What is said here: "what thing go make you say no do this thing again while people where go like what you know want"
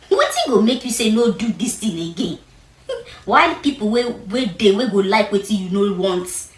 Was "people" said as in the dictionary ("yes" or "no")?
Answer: no